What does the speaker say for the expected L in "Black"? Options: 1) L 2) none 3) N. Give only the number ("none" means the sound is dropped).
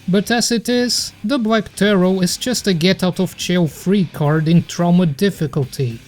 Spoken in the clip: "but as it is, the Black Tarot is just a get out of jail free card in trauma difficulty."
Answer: 1